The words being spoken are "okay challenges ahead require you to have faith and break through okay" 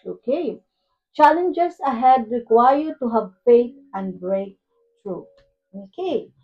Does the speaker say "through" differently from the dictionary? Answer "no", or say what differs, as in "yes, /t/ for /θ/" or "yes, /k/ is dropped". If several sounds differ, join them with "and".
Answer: yes, /t/ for /θ/